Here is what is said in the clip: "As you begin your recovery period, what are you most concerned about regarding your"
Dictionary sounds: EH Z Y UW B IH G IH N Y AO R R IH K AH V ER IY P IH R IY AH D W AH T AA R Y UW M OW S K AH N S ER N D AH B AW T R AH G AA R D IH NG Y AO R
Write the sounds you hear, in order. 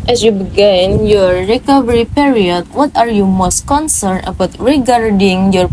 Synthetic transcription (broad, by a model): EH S Y UW B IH G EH N Y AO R R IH K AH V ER IY P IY R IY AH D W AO T AA R Y UW M OW S K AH N S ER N AH B AW T R AH G AA R D IH NG Y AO R